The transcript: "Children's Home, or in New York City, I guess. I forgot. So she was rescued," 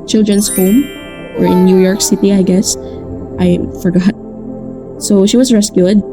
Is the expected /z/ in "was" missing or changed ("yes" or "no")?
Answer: yes